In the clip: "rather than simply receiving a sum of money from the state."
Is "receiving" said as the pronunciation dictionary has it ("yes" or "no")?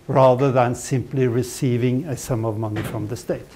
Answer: yes